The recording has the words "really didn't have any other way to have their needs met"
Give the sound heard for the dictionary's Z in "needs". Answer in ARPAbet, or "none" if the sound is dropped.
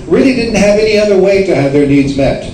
Z